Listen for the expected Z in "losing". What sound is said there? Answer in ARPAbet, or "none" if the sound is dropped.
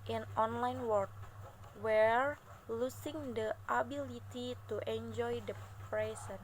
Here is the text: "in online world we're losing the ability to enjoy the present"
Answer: S